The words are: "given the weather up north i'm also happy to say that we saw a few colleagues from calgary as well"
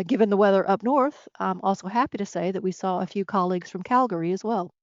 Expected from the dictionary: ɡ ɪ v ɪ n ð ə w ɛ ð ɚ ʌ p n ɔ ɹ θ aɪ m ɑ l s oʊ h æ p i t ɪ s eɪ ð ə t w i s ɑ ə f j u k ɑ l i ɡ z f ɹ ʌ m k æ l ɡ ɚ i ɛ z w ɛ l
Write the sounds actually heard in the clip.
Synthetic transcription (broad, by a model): ɡ ɪ v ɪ n ð ə w ɛ ð ɚ ʌ p n ɔ ɹ θ aɪ m ɑ l s oʊ h æ p i t ɪ s eɪ ð ə t w i s ɑ ə f j u k ɑ l i ɡ z f ɹ ʌ m k æ l ɡ ɚ i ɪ z w ɛ l